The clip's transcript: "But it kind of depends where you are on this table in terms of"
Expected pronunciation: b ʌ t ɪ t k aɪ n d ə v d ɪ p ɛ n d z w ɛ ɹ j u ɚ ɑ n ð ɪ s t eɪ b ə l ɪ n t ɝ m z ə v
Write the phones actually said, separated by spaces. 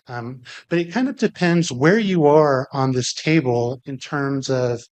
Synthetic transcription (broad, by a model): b ʌ t ɪ t k aɪ n d ə v d ɪ p ɛ n d z w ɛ ɹ j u ɚ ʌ n ð ɪ s t eɪ b ə l ɪ n t ɝ m z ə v